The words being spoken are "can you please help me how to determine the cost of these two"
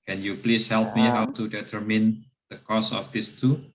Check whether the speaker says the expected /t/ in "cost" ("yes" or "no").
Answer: no